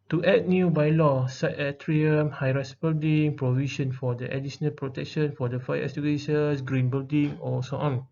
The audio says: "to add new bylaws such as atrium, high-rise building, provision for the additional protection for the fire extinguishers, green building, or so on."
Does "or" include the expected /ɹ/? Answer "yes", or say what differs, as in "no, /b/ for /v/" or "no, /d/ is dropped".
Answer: no, /l/ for /ɹ/